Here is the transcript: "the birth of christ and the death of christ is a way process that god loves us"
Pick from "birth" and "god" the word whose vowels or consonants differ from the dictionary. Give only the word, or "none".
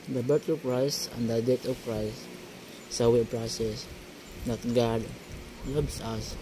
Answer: birth